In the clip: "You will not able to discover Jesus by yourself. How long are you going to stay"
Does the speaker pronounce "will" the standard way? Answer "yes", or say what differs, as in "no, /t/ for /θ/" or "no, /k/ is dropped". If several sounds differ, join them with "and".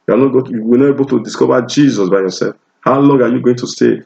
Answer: no, /w/ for /l/